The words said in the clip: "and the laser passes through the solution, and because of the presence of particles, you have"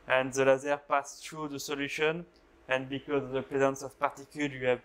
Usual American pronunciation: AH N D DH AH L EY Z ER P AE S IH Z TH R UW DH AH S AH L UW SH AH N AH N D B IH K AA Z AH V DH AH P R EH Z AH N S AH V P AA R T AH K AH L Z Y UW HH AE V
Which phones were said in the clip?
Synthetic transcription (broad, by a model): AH N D DH AH L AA Z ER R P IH S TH R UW DH AH S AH L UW SH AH N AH N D B IH K AA Z AH V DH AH P R EH Z AH N S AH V P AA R T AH K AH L Y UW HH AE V